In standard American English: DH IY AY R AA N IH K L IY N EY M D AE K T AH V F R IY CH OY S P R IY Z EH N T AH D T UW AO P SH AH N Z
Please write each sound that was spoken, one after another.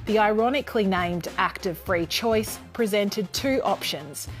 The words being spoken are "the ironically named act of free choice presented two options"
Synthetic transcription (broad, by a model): DH IY AY R AA N IH K L IY N EY M D AE K T AH V F R IY CH OY S P R IY Z EH N T AH D T UW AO P SH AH N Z